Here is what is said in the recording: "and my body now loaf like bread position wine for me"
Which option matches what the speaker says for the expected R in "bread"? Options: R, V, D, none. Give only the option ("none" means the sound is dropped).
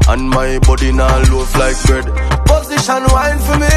none